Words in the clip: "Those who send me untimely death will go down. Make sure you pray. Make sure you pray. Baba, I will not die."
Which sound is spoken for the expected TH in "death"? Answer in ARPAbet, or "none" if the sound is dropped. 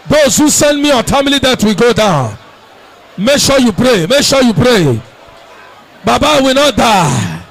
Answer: T